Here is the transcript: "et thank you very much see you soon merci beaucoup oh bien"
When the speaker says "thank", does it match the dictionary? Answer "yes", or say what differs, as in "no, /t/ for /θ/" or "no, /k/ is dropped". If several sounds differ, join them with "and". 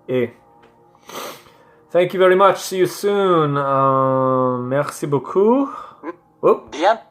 yes